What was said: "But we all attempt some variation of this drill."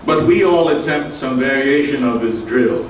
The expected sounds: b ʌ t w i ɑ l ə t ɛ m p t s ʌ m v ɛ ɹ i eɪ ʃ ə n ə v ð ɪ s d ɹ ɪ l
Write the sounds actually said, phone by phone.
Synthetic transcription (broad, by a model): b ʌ t w i ɑ l ə t ɛ m p t s ʌ m v ɛ ɹ i eɪ ʃ ə n ə v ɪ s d ɹ ɪ l